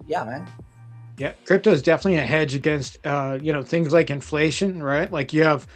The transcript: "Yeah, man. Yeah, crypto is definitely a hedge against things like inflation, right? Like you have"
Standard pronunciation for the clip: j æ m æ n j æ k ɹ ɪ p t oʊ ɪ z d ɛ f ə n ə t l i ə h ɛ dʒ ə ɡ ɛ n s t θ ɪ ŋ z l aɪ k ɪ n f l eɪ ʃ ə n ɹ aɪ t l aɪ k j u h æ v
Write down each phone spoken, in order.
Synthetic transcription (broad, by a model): j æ m æ n j æ k ɹ ɪ p t oʊ ɪ z d ɛ f ə n ə t l i ə h ɛ dʒ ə ɡ ɛ n s t θ ɪ ŋ z l aɪ k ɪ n f l eɪ ʃ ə n ɹ aɪ t l aɪ k j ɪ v